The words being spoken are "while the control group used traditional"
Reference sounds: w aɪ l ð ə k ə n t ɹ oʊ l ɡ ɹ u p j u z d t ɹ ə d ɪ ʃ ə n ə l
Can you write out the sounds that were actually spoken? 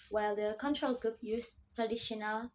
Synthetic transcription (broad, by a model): w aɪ l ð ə k ə n t ɹ oʊ l ɡ ɹ u p j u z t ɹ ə d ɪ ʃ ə n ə l